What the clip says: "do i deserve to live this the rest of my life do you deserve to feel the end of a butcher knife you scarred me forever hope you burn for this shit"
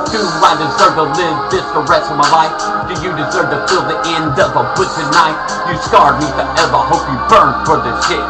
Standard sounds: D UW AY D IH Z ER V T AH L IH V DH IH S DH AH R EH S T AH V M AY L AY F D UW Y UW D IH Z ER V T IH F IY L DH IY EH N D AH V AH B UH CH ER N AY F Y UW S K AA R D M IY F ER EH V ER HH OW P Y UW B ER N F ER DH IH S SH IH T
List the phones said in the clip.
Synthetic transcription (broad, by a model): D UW AY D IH Z ER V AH L IH V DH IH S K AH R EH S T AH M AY L AY F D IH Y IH D IH Z ER V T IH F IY L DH IY EH N D AH V AH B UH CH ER N AY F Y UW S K AA R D M IY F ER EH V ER HH OW P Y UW B ER N F ER DH IH S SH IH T